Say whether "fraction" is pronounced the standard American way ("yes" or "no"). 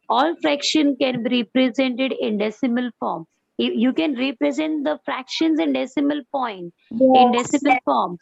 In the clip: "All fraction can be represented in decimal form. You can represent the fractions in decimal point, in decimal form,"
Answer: yes